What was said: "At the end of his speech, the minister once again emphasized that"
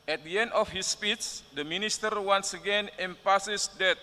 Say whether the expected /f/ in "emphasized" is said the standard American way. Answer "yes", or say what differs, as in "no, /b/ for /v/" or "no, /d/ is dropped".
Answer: no, /p/ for /f/